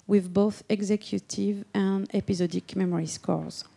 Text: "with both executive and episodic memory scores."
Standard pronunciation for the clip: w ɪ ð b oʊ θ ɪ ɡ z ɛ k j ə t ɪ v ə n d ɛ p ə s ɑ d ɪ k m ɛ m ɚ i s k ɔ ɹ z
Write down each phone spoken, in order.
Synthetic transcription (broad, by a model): w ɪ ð b oʊ θ ɪ ɡ z ɛ k j ə t ɪ v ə n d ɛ p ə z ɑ d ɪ k m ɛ m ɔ i s k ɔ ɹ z